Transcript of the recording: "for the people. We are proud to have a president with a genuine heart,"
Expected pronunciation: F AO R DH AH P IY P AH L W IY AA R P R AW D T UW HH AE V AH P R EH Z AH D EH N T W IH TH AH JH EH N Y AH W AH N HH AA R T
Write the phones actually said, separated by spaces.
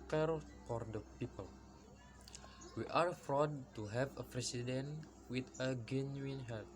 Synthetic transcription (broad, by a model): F AO R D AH P IY P AH L W IY AA R F R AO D T UW HH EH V AH P R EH S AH D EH N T W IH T AH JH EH N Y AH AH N HH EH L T